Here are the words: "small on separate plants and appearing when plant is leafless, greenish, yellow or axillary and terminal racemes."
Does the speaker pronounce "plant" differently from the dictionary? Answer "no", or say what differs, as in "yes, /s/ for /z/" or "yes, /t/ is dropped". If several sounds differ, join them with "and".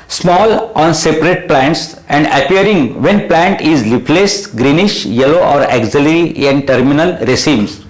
no